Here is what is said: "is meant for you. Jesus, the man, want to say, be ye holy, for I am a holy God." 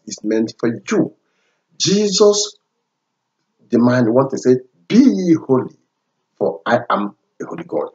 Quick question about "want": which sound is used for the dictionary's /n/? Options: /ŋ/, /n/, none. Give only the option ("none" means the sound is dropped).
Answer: none